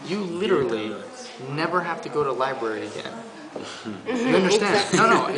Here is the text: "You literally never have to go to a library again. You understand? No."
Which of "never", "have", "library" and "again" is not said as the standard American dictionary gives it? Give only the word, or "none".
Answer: have